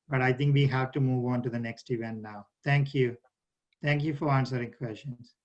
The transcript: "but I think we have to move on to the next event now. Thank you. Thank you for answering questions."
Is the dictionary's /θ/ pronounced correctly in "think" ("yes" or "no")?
no